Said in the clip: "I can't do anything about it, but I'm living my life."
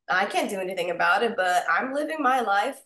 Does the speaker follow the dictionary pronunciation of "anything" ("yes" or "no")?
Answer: yes